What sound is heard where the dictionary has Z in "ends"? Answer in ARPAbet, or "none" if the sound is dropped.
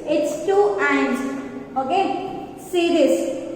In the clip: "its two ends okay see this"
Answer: none